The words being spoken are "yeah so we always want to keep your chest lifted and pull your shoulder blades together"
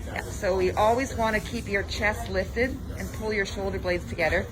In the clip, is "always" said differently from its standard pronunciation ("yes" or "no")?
no